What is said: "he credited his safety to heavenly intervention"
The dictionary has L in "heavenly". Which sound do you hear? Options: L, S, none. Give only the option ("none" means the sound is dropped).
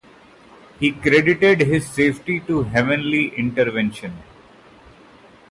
L